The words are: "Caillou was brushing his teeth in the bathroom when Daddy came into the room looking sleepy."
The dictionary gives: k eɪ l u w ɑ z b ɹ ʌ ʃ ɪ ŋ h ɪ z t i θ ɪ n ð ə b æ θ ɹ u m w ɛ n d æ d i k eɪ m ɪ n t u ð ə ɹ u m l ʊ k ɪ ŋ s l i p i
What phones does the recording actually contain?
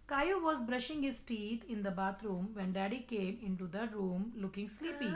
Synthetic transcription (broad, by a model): k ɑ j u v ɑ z b ɹ ʌ ʃ ɪ ŋ h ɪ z t i t ɪ n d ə b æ t ɹ u m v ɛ n d æ d i k eɪ m ɪ n t u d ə ɹ u m l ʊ k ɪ ŋ s l i p i